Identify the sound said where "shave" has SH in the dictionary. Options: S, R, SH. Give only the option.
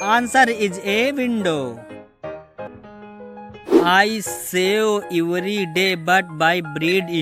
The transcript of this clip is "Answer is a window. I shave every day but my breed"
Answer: S